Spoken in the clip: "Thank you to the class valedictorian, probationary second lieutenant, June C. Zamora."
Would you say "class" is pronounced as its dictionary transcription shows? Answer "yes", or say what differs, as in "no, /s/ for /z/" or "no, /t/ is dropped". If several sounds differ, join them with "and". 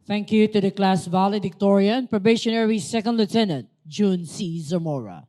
yes